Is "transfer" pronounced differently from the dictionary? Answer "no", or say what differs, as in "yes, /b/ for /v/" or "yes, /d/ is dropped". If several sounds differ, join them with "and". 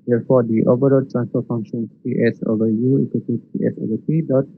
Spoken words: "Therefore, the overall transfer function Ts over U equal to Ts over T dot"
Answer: yes, /s/ is dropped